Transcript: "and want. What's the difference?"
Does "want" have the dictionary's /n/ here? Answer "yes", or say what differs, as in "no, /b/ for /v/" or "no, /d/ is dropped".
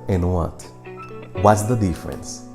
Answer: no, /n/ is dropped